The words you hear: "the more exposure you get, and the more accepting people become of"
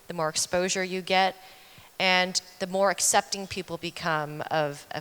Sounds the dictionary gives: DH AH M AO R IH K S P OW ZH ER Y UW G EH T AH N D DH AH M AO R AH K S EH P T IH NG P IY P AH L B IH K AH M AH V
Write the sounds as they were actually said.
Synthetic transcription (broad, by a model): DH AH M AO R IH K S P OW ZH ER Y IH G EH T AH N DH AH M AO R AH K S EH P T IH NG P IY P L B IH K AH M AH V